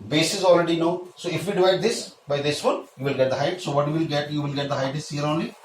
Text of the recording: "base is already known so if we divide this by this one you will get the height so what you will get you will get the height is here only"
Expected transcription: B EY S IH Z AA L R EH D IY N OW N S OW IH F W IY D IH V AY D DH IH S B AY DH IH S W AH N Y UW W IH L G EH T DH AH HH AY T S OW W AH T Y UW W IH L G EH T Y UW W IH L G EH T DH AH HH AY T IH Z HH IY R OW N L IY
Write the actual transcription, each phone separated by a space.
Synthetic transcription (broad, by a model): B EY S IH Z AA L R EH D IY N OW S OW IH F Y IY D IH V AY D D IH S B AY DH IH S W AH N Y UW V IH L G EH T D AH HH AY T S OW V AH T Y UW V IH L G EH T Y UW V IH L G EH T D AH HH AY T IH S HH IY R OW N L IY